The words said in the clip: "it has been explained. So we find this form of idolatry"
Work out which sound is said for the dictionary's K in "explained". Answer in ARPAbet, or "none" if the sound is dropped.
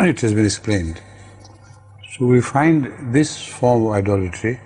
K